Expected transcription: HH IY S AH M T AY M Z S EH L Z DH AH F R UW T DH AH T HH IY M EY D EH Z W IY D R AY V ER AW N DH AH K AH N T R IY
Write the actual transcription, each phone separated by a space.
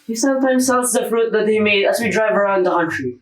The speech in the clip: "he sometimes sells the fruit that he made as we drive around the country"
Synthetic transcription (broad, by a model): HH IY S AH M T AY M Z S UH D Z DH AH F R UW T DH AH T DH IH M EY D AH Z W IY D R AY V ER AW N DH AH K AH N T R IY